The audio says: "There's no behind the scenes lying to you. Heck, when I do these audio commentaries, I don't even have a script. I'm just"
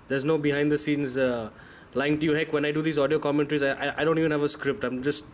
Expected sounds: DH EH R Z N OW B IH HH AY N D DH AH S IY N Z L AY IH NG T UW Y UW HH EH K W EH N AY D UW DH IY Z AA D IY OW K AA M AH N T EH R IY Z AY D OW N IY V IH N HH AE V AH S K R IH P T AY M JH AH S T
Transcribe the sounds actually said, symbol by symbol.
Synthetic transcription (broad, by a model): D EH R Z N OW B IH HH AY N D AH S IY N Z L AY IH NG T UW Y UW HH EH K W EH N AY D UW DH IY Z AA D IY OW K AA M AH N T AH R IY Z AY D OW N IY V IH N HH AE V AH S K R IH P T AY M JH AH S T